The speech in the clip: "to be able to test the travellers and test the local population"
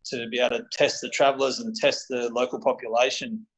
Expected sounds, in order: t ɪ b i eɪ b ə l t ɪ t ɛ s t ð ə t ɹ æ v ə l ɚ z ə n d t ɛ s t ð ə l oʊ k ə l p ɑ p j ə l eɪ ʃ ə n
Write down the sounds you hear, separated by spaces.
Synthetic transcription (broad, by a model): t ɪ b i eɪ ə t ɪ t ɛ s t ð ə t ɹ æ v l ɚ z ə n t ɛ s t ð ə l oʊ k ə l p ɑ p j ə l eɪ ʃ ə n